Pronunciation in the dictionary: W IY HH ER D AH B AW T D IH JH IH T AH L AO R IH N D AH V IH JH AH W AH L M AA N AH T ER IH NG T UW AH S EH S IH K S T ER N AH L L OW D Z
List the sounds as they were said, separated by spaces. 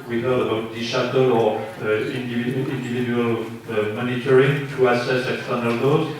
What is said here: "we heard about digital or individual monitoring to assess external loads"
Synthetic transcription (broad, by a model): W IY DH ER AH B AW T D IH SH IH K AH L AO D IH N D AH V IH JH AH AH L M AA N AH T ER IH NG T UW AH S EH S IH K S T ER N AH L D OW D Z